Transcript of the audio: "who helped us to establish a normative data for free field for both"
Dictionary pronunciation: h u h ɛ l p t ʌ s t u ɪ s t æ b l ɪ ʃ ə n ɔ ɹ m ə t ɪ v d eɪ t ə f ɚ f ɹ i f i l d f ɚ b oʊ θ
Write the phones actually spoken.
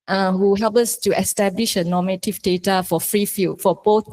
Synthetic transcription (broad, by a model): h u h ɛ l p ʌ s t u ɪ s t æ b l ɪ ʃ ə n ɔ m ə t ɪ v d eɪ t ə f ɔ f ɹ i f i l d f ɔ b oʊ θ